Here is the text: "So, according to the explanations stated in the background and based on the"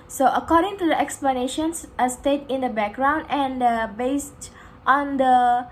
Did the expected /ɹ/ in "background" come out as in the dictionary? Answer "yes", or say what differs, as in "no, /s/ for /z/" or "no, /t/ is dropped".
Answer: yes